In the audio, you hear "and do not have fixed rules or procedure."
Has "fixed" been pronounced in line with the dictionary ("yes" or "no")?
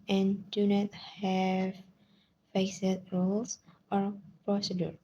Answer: no